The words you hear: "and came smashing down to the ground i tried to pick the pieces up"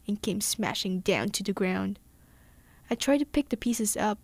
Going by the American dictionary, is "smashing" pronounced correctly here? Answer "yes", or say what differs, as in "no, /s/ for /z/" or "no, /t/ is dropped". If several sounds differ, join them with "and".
yes